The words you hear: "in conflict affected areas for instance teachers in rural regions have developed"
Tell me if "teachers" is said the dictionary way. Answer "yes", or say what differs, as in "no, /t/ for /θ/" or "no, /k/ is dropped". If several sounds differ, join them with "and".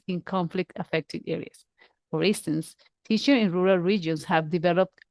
no, /z/ is dropped